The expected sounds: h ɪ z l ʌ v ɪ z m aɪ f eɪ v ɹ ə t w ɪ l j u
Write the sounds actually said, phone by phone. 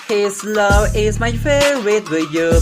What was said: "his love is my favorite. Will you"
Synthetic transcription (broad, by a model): h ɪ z l ʌ v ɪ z m aɪ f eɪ ɹ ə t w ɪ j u